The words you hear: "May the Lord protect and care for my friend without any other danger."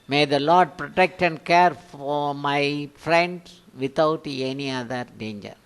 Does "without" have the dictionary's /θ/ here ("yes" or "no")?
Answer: no